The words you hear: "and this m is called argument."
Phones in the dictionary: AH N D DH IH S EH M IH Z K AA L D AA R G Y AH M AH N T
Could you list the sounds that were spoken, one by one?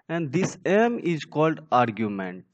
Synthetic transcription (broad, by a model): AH N D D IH S EH M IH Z K AA L D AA R G Y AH M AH N T